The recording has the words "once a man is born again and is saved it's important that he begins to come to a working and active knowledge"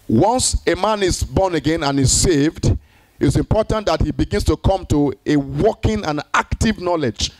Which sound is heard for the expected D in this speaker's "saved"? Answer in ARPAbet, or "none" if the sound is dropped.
D